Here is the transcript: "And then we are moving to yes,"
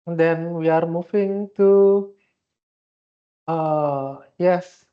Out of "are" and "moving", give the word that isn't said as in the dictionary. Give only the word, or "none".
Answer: moving